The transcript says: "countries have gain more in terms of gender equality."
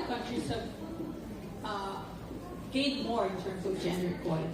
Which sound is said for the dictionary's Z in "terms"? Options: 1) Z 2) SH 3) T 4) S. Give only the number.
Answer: 1